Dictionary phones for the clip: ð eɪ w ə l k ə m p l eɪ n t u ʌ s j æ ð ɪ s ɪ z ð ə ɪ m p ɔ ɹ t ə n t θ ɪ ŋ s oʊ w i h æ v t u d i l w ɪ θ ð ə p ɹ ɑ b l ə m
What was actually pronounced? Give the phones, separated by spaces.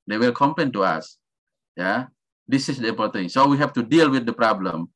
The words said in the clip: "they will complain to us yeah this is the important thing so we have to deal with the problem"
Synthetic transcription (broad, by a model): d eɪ w ə l k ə m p eɪ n t u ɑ s j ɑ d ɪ s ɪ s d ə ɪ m p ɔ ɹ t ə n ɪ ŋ s oʊ w i h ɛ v t u d i l w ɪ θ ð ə p ɹ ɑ b l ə m